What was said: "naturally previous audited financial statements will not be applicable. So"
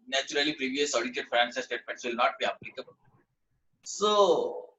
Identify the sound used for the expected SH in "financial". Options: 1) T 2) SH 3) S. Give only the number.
3